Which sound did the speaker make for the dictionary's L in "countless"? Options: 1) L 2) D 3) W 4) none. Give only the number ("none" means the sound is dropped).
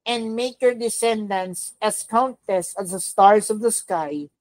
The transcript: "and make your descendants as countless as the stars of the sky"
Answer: 4